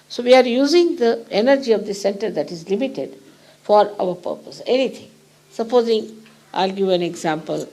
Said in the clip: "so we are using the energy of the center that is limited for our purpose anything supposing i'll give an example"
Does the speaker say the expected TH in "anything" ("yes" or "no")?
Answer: no